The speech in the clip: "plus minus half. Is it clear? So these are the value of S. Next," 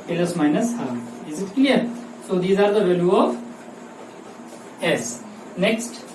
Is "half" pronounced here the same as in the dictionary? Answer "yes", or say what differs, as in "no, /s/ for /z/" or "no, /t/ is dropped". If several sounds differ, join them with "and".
no, /f/ is dropped